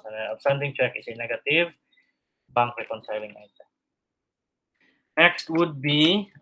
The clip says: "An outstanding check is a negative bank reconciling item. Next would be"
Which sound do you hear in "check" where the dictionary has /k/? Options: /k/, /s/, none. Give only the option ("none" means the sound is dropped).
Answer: /k/